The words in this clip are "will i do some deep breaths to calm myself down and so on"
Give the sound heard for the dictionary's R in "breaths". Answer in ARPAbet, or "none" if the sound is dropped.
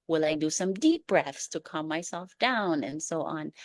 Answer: R